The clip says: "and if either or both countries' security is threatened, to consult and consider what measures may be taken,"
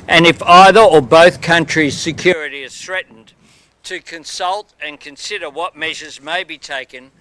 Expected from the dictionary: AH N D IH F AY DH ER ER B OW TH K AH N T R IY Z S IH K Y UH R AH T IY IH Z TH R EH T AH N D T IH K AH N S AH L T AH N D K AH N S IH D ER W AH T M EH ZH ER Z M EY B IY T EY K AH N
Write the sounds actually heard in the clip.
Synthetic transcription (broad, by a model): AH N IH F AY DH ER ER B OW TH K AH N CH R IY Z S IH K Y UH R AH T IY IH Z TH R EH T N T IH K AH N S AH L T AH N K AH N S IH D ER W AH T M EH ZH ER Z M EY B IY T EY K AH N